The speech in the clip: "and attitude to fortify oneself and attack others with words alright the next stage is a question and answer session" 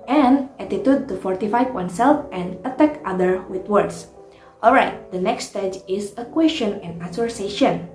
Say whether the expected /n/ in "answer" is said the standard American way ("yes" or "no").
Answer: no